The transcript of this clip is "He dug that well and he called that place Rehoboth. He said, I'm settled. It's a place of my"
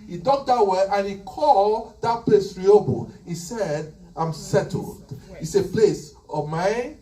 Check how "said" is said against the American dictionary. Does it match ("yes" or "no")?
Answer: yes